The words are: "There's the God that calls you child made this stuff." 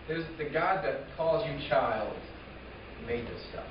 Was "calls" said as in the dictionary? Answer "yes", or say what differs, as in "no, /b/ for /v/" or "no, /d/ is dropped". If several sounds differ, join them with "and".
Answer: yes